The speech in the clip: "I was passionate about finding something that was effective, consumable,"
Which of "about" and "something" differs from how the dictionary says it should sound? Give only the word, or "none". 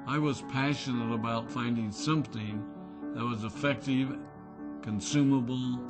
none